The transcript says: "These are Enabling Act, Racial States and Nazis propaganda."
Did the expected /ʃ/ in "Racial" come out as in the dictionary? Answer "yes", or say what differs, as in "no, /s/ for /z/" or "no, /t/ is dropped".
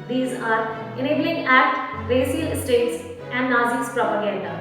no, /s/ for /ʃ/